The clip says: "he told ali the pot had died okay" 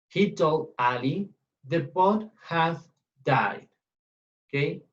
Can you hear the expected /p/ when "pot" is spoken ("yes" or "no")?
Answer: no